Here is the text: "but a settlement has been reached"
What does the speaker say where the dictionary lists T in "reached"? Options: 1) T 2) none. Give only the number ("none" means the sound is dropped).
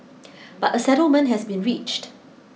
1